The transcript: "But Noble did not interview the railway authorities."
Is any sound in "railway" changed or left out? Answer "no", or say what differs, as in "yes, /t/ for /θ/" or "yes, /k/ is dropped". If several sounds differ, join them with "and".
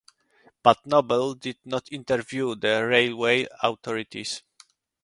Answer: no